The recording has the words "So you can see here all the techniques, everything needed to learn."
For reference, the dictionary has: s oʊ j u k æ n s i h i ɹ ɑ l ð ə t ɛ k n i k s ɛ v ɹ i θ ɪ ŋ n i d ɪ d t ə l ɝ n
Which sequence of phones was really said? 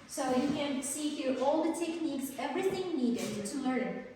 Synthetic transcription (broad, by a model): s oʊ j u k æ n s i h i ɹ ɑ l ð ə t ɛ k n i k s ɛ v ɹ i θ ɪ ŋ n i d ɪ d t ə l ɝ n